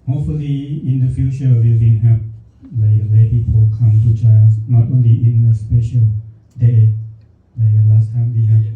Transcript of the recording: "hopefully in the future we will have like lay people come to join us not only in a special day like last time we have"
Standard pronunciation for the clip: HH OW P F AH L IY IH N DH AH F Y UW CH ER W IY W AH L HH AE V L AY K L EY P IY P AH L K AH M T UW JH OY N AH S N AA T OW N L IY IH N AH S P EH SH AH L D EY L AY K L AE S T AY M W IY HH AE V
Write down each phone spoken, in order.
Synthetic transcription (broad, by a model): HH OW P F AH L IY IH N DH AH F Y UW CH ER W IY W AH N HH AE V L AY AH L EY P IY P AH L K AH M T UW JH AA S N AA T OW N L IY IH N AH S P EH SH AH L D EY W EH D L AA S T AY M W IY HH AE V